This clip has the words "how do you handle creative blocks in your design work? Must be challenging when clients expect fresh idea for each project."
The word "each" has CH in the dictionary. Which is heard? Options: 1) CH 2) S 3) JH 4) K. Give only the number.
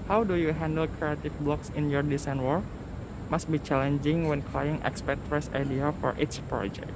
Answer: 2